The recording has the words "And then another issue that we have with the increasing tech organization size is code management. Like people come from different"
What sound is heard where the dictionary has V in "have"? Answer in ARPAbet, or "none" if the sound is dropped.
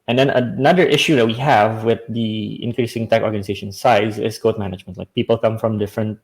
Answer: V